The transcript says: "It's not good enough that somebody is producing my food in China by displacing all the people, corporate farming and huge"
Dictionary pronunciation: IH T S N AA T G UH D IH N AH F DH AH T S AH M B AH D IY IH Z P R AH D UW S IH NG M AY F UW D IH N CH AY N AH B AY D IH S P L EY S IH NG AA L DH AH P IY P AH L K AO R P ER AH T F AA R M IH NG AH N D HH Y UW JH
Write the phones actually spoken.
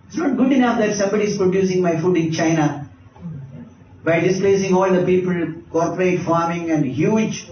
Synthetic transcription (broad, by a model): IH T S N AA T G UH D IH N AH F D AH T S AH M B AH D IY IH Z P R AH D UW S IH NG M AY F UW D IH N CH AY N AH B AY D IH S P L EY S IH NG AA L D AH P IY P AH L K AO R P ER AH T F AA R M IH NG AH N D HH Y UW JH